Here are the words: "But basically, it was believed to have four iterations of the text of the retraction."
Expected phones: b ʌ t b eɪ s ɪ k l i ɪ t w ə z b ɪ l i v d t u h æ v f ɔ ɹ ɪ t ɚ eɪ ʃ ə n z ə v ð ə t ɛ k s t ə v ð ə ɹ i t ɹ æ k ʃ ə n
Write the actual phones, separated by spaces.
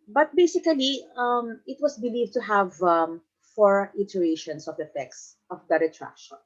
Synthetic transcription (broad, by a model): b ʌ t b eɪ s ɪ k l i ɪ t w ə s b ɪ l i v t u h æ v f ɔ ɹ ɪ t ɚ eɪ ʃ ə n s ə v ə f ɛ k s t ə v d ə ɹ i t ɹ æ k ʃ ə n